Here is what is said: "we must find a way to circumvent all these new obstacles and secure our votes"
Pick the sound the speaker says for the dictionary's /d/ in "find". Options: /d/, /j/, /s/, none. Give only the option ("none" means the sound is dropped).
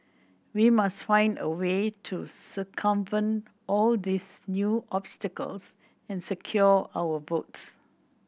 /d/